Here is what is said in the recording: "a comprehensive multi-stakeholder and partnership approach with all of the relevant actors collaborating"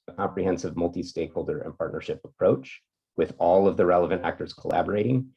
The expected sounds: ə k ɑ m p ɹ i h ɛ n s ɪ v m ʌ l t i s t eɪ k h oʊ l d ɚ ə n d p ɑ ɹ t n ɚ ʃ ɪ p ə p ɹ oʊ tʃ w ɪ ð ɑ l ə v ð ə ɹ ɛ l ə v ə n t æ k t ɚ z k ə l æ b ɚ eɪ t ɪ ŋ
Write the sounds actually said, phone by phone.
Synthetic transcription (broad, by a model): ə k ɑ m p ɹ i h ɛ n s ɪ v m ʌ l t i s t eɪ k h oʊ l d ɚ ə n p ɑ ɹ t n ɚ ʃ ɪ p ə p ɹ oʊ tʃ w ɪ ð ɑ l ə v ð ə ɹ ɛ l ə v ə n t æ k t ɚ z k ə l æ b ɚ eɪ t ɪ ŋ